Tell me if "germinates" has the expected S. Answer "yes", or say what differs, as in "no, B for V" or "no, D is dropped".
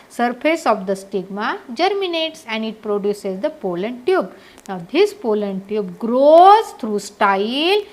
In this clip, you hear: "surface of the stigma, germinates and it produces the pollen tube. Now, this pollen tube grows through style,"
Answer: yes